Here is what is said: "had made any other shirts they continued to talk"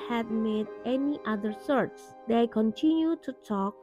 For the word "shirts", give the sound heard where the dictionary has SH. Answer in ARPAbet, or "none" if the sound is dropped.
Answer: S